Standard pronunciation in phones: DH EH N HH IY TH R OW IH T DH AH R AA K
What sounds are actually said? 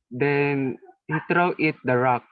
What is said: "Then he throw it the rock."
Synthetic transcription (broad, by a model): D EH N HH IY T R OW IH T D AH R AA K